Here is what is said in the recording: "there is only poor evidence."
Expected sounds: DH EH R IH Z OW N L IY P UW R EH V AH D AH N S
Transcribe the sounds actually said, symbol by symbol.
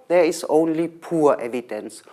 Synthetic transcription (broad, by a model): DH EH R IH S OW N L IY P UW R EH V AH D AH N S